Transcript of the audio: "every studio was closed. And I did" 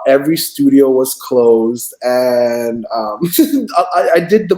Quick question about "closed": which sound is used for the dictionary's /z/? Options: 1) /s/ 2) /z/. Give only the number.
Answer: 2